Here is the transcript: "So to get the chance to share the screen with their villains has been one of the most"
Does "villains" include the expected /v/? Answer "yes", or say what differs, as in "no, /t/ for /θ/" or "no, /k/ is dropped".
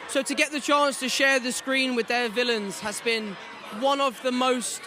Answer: yes